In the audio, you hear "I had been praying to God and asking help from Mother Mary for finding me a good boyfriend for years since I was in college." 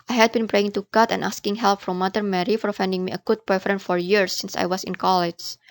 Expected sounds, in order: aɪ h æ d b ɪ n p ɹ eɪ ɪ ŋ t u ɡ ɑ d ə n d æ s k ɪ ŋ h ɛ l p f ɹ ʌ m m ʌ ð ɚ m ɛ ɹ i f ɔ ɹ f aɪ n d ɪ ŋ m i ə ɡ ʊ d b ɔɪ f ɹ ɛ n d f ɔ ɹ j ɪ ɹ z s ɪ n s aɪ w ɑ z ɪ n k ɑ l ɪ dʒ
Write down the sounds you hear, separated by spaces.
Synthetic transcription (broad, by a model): aɪ h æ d b ɪ n p ɹ eɪ ɪ ŋ t u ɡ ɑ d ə n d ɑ s k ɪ ŋ h ɛ l p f ɹ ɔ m m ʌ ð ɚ m ɛ ɹ i f ɔ ɹ f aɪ n d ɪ ŋ m i ə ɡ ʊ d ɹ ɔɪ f ɹ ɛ n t f ɔ ɹ j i ɹ s ɪ n s aɪ w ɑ s ɪ n k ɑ l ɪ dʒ